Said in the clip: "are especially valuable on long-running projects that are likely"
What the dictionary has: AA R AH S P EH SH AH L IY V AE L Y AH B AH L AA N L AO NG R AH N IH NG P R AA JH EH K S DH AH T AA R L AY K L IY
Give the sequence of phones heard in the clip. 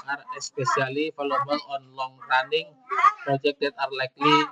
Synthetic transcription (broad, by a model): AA R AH S P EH S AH L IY F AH L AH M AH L AA N L AO NG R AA N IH NG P R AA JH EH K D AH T AA R L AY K L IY